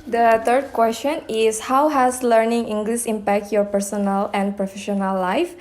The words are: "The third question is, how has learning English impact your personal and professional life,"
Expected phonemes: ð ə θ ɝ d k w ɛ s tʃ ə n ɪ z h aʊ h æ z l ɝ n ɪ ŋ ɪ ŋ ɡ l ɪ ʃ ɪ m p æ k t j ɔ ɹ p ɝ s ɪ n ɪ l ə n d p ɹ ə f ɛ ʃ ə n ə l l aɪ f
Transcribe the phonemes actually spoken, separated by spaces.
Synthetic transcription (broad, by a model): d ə t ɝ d k w ɛ s tʃ ə n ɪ s h aʊ h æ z l ɝ n ɪ ŋ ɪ ŋ ɡ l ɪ s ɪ m p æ k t j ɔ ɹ p ɝ s ɪ n ɪ l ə n p ɹ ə f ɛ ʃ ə n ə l l aɪ f